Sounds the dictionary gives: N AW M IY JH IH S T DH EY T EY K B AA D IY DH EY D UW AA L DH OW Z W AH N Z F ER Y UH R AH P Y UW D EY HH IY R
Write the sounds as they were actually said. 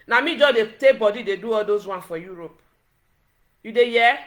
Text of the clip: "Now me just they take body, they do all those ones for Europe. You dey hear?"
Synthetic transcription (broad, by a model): N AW M IY JH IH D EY T EY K B AA D IY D EY D UW AA L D OW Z W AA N F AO Y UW R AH P Y UW D EY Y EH